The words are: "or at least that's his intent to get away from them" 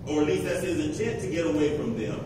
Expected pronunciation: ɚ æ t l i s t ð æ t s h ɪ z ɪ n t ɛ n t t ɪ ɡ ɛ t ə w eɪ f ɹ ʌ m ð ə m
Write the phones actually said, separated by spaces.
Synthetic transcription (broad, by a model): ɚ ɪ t l i s t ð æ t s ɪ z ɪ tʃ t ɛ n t t ɪ ɡ ɛ t ə w eɪ f ɹ ʌ m ð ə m